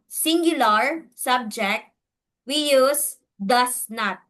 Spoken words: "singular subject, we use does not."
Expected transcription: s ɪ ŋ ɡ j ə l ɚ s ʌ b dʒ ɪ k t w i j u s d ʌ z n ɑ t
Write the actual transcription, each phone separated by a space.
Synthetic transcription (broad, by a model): s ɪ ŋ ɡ j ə l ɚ s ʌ b dʒ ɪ k t w i j u s d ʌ s n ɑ t